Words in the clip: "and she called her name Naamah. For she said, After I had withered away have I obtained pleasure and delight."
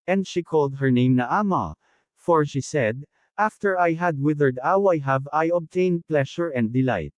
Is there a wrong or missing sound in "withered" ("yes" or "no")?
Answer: no